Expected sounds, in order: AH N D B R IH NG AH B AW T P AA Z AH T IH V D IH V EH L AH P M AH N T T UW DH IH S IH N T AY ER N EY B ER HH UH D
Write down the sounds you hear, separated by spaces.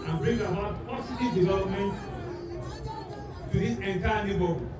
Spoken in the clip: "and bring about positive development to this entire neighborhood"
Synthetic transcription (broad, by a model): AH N B R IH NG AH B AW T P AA S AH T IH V D IH V EH L AH P M AH N T T UW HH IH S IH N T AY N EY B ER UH